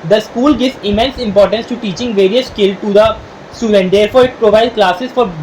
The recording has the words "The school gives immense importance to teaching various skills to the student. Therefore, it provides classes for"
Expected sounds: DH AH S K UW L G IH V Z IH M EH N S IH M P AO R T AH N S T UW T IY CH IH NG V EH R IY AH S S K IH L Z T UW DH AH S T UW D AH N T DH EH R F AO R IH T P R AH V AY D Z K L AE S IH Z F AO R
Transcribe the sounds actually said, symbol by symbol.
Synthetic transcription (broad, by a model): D AH S K UW L G IH V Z IH M EH N S IH M P AO R T AH N S T UW T IY CH IH NG V EH R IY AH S S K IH L T UW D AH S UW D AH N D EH R F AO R IH T P R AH V AY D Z K L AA S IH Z F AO R